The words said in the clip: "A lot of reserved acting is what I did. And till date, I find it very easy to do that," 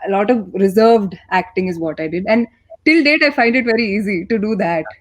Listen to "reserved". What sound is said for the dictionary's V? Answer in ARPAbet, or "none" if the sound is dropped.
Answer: V